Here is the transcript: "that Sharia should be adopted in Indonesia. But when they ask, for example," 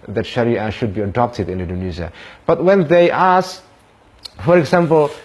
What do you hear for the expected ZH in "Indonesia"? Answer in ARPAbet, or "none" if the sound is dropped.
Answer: Z